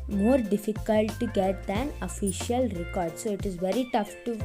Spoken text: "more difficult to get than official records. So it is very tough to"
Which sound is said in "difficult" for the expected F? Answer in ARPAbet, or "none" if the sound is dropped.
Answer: F